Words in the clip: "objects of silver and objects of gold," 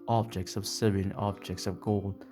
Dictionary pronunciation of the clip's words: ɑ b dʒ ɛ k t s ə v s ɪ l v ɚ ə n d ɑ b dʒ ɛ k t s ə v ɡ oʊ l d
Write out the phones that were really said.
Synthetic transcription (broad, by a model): ɑ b dʒ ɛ k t s ə v s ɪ v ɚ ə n ɑ b dʒ ɛ k t s ə v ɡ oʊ l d